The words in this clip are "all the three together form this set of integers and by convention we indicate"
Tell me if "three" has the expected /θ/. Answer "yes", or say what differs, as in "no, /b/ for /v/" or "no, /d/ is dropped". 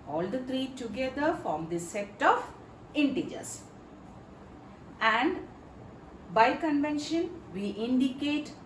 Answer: no, /t/ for /θ/